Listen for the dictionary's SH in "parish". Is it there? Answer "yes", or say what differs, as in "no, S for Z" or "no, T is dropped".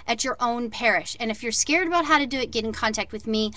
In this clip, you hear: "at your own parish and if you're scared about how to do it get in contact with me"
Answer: yes